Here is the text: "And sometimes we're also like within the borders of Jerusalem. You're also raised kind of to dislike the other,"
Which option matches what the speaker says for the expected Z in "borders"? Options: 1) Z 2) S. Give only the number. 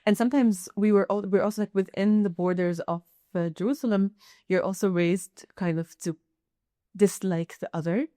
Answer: 1